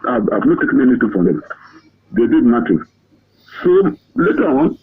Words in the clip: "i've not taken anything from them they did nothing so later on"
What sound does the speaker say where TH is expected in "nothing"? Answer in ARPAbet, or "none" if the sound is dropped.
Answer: T